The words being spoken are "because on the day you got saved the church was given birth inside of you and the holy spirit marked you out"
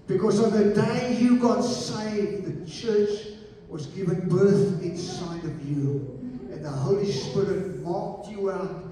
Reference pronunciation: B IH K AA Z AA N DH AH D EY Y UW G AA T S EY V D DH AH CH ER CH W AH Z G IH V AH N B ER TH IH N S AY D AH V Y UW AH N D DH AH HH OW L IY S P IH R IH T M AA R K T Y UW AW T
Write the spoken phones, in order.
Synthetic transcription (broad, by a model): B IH K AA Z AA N DH AH D EY Y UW G AA T S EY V DH AH CH ER CH W AH Z G IH V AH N B ER TH IH N S AY D AH V Y UW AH N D DH AH HH OW L IY S P IH R IH T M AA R K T Y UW AW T